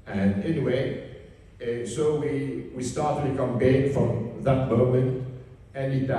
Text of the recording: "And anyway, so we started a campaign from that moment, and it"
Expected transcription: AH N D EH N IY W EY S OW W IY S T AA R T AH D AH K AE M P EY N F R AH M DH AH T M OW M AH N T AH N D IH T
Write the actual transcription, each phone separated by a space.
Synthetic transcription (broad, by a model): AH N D EH N IY W EY S OW W IY S T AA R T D AH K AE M B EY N F R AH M DH AH T M OW M AH N T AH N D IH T